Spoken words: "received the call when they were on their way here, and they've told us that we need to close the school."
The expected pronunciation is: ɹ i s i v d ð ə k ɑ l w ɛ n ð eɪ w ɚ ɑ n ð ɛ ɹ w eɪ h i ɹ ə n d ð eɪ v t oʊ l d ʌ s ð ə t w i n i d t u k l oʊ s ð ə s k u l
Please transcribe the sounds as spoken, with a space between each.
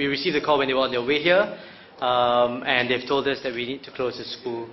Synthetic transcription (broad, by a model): ɹ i s i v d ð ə k ɑ l w ɛ n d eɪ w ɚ ɑ n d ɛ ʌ w eɪ h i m ə n d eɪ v t oʊ l d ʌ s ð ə t w i n i d t u k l oʊ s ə s k u l